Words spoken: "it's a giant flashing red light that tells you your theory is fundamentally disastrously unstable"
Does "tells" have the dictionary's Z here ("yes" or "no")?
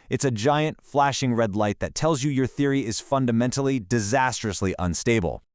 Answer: yes